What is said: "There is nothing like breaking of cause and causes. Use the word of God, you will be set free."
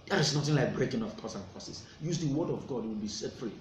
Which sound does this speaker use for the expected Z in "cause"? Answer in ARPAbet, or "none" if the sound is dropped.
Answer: S